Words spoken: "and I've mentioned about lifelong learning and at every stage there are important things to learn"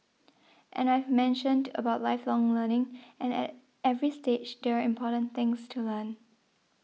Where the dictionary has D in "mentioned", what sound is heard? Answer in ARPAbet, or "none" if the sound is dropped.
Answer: D